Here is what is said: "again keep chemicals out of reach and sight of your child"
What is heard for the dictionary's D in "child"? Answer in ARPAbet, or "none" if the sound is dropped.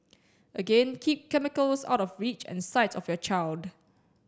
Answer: D